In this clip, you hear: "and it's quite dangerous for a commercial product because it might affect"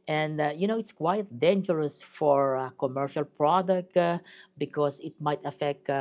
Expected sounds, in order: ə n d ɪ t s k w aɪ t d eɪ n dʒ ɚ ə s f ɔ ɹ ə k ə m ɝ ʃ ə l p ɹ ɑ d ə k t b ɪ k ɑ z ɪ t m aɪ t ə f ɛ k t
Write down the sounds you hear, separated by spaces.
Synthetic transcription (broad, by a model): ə n d ɪ t s k w aɪ t d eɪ n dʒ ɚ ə s f ɔ ɹ k ə m ɝ ʃ ə l p ɹ ɑ d ə k t b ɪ k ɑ s ɪ t m aɪ t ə f ɛ k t